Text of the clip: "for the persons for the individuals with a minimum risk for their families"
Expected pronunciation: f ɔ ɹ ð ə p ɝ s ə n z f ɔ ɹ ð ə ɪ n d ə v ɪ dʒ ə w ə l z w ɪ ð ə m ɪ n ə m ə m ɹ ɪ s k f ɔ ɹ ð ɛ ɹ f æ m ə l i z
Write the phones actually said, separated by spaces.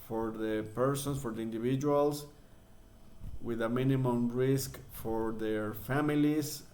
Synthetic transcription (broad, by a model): f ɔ ɹ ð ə p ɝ s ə n s f ɔ ɹ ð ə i n d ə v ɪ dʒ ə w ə l s w ɪ ð ə m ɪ n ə m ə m ɹ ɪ s k f ɔ ɹ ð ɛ ɹ f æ m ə l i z